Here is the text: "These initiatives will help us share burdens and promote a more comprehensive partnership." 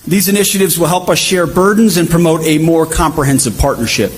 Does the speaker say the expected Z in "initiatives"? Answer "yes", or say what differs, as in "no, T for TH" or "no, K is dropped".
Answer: yes